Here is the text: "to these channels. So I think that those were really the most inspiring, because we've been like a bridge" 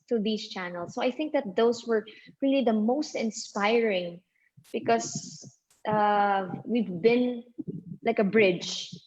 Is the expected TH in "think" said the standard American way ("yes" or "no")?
yes